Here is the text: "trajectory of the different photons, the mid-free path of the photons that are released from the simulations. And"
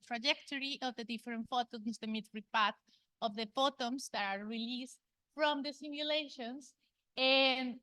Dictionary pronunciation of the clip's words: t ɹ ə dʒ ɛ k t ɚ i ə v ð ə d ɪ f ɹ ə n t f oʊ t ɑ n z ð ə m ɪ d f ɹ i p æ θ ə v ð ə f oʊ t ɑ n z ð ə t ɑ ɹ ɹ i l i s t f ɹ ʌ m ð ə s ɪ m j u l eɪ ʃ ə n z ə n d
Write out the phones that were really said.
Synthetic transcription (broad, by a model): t ɹ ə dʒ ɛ k t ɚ i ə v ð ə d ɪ f ɹ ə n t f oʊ t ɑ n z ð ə m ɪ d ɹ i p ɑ t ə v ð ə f oʊ t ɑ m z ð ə t ɑ ɹ ɹ i l i s t f ɹ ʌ m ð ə s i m j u l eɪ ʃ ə n s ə n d